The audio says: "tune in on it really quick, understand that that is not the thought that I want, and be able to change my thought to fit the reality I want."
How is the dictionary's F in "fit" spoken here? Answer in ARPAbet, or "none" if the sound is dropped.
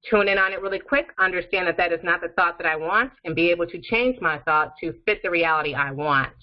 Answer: F